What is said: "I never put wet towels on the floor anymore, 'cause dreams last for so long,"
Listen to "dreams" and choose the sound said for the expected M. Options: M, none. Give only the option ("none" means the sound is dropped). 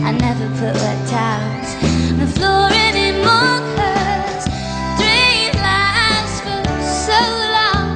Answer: none